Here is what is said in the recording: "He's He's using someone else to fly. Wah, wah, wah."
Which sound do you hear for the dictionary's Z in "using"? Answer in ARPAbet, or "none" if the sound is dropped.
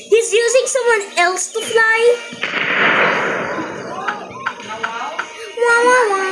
Z